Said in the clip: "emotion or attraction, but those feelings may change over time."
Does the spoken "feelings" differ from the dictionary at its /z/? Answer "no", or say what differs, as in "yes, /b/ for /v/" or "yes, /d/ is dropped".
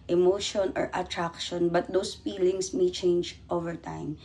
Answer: yes, /s/ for /z/